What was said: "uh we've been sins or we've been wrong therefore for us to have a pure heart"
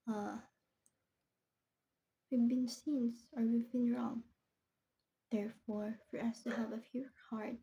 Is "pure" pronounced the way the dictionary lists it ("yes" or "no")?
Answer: no